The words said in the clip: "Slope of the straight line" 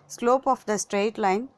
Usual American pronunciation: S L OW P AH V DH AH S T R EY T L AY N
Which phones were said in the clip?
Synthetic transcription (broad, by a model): S L OW P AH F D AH S T R EY T L AY N